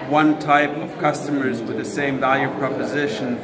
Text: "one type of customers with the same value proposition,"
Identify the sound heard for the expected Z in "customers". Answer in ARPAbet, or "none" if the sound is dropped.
Z